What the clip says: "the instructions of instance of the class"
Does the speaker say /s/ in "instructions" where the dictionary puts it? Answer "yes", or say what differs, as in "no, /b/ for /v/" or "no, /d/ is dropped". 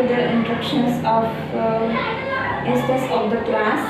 no, /s/ is dropped